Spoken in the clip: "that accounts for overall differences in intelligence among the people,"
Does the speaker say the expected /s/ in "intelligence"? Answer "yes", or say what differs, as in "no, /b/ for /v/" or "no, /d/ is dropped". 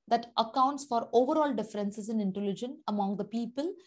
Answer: no, /s/ is dropped